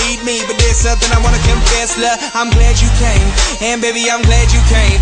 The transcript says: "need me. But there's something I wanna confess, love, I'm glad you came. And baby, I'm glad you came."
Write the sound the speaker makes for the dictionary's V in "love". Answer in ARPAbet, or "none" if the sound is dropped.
none